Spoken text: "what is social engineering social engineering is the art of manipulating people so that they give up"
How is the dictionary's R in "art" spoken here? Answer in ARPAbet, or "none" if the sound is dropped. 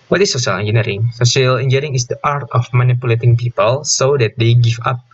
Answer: R